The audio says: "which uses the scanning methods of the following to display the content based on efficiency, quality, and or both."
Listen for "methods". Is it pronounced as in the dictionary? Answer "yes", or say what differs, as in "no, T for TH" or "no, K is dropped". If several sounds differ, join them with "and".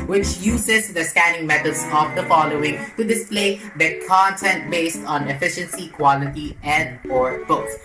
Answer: no, T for TH